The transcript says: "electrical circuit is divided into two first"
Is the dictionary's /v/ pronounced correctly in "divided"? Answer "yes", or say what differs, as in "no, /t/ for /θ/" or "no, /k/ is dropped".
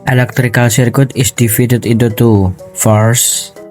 no, /f/ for /v/